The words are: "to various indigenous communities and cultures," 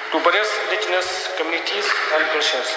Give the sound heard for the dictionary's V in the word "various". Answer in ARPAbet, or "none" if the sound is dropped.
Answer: B